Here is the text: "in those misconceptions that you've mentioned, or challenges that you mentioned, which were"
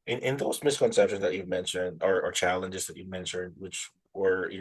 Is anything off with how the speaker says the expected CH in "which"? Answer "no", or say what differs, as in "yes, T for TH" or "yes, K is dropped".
no